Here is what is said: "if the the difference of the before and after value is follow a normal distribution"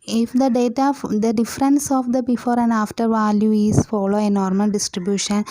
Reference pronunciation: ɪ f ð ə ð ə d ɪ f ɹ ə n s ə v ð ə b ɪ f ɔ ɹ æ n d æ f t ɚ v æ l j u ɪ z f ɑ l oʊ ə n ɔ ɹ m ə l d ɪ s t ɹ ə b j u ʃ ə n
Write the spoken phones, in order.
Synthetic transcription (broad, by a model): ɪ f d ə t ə d ɪ f ɹ ə n s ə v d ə b ɪ f ɔ ɹ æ n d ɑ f t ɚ v æ l j u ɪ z f ɑ l oʊ ə n ɔ ɹ m ə l d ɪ s t ɹ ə b j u ʃ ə n